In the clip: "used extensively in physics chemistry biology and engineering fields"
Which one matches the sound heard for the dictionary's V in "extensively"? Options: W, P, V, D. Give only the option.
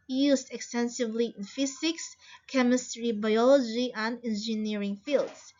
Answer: V